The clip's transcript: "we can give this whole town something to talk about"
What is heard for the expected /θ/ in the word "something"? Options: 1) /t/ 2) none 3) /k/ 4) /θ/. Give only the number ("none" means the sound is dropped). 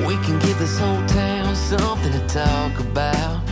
4